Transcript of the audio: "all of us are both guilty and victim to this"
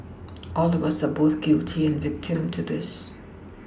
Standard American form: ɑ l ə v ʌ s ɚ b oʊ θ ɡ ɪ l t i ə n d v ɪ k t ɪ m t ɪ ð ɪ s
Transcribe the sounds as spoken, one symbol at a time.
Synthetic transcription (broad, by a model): ɑ l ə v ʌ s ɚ b oʊ θ ɡ ɪ l t i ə n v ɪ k t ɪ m t ɪ ð ɪ s